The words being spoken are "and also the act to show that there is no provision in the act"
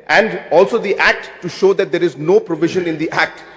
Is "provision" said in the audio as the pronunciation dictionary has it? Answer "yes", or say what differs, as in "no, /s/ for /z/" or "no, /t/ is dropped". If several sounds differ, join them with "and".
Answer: yes